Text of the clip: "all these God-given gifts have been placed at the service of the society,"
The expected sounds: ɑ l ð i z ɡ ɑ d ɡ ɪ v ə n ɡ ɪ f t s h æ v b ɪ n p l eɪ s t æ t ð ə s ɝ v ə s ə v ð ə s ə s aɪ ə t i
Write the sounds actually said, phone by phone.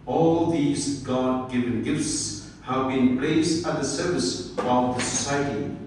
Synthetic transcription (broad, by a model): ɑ l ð i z ɡ ɑ d ɡ ɪ v ə n ɡ ɪ f t s h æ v b ɪ n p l eɪ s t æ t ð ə s ɝ v ə s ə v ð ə s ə s aɪ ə t i